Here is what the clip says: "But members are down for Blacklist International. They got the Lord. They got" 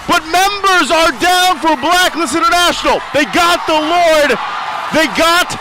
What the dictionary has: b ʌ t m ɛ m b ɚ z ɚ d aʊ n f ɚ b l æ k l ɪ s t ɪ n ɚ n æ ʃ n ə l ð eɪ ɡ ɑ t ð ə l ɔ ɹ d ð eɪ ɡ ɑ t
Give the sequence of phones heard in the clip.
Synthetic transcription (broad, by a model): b ʌ t m ɛ m b ɚ z ɚ d aʊ n f ɚ b l æ k n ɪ s ɪ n ɚ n æ ʃ n l ð eɪ ɡ ɑ t ð ə l ɔ ɹ d ð eɪ ɡ ɑ t